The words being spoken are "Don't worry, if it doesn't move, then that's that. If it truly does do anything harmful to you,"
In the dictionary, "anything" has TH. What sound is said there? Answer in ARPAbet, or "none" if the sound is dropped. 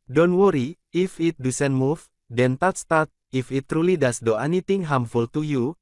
T